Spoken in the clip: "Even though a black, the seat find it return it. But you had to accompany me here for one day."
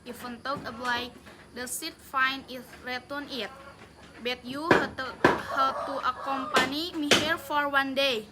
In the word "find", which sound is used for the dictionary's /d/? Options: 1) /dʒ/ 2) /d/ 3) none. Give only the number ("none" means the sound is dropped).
3